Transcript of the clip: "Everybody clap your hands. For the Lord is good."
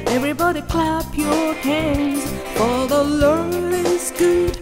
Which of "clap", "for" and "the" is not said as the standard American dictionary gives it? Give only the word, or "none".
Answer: for